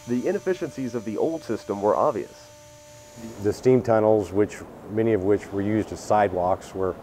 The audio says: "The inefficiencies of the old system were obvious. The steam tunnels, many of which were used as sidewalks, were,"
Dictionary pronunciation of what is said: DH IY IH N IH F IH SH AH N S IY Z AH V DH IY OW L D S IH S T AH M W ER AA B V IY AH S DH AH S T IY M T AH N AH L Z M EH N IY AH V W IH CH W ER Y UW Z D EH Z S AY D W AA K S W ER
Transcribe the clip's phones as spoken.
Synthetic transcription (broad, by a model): DH IY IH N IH F IH SH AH N S IY Z AH V DH IY OW L D S IH S T AH M W ER AA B V IY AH S DH AH S T IY M T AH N L Z M EH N IY AH V W IH CH W ER Y UW Z D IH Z S AY D W AA K S W ER